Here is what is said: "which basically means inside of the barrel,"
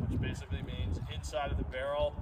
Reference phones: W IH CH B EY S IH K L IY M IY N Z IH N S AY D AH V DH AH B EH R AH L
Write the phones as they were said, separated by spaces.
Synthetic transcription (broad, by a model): W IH CH B EY S IH K L IY M IY N Z IH N S AY D AH V DH AH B EH R L